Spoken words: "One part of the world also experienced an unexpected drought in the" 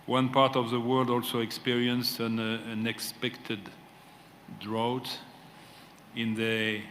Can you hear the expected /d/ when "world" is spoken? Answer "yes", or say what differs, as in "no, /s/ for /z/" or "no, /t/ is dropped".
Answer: yes